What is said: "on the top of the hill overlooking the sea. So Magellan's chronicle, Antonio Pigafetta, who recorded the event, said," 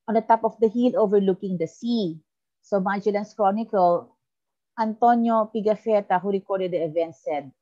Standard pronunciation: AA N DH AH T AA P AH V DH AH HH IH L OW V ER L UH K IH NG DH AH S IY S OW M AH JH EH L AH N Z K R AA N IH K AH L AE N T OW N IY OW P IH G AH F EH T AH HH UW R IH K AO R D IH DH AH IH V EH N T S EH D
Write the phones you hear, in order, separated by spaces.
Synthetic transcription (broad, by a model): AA N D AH T AA P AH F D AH HH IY L OW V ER L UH K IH NG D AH S IY S OW M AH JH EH L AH N S K R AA N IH K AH L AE N T OW N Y OW P IH G AH F EH T AH HH UW R IH K AO R D IH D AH IH V EH N T S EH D